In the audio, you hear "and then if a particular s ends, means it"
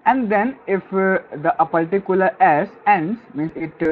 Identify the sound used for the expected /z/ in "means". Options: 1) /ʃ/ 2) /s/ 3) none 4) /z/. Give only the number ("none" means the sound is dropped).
2